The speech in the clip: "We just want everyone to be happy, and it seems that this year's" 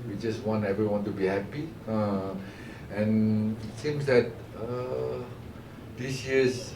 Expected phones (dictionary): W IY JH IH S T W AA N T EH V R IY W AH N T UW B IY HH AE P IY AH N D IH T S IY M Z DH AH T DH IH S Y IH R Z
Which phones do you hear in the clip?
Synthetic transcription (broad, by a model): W IY JH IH S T W AA N T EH V R IY W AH N T UW B IY HH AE P IY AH N IH T S IY M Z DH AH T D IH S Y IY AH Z